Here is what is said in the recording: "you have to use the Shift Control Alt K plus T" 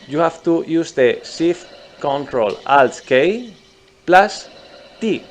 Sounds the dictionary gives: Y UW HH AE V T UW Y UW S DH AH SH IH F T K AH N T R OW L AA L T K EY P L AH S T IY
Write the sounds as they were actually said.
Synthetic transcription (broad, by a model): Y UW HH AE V T UW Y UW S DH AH S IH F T K AH N T R OW L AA L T K EY P L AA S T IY